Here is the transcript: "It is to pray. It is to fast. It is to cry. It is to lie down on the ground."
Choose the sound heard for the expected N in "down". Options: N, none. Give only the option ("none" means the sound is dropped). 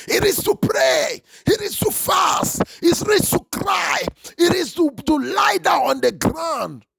none